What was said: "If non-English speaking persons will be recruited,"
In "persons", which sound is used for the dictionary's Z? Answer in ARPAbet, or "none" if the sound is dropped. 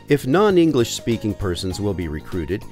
Z